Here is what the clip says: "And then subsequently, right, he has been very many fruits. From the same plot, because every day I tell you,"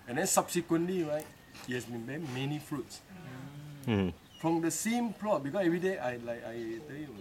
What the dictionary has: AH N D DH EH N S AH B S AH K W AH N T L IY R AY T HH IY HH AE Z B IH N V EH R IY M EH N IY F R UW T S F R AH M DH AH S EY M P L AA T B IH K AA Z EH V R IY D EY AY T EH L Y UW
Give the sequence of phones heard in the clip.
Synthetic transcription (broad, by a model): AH N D EH N S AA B S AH K W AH N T L IY R AY T HH IY HH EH S B IH N B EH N M EH N IY F R UW T S F R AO M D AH S EY M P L AA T B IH K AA S EH V R IY D EY AY T EH L Y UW